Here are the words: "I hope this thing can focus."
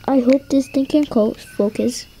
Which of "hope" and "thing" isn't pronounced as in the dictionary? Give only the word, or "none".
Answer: thing